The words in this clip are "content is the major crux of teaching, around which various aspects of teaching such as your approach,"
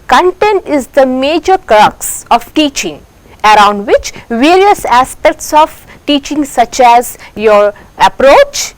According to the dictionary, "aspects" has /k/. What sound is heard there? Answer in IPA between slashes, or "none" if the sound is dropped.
/k/